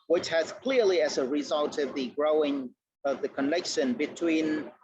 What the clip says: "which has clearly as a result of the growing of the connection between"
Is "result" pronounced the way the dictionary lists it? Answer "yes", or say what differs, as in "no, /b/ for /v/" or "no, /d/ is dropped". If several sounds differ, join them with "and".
yes